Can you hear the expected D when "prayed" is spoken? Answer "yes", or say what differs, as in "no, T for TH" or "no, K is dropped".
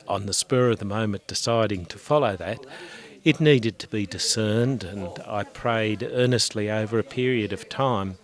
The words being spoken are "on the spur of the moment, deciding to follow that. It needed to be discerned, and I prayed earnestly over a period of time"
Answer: yes